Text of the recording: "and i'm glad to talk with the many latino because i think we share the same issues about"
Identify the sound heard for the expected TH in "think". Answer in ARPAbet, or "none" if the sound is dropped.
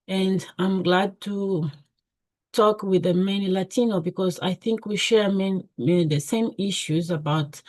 TH